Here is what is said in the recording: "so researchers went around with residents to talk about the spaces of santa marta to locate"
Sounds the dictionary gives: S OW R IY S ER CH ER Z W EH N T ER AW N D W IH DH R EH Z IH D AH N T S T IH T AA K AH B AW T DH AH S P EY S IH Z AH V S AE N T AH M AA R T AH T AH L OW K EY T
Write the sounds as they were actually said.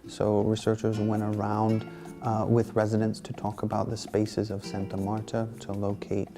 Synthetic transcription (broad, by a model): S OW R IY S ER CH ER Z W EH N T ER AW N D W IH DH R EH Z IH D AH N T S T IH T AA K AH B AW T DH AH S P EY S IH Z AH V S AE N T AH M AA R T AH T AH L OW K EY T